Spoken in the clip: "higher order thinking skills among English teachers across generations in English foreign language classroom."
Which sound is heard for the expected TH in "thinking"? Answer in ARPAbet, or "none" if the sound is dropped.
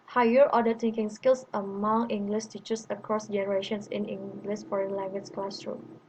T